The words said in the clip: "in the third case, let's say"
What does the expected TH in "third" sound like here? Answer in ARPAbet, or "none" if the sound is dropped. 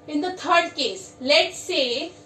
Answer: T